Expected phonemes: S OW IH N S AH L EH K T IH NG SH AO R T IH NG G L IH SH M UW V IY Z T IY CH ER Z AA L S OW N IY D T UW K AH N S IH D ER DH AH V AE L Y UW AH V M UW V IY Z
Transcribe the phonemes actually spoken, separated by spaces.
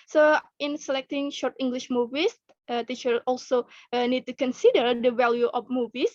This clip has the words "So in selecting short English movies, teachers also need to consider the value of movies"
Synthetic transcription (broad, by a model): S OW IH N S AH L EH K T IH NG SH AO R T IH NG G L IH SH M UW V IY S T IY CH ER AA L S OW N IY D T UW K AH N S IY D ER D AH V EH L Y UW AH F M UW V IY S